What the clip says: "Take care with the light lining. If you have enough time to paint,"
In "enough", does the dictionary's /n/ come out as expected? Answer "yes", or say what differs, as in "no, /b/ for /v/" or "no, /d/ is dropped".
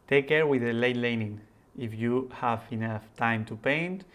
yes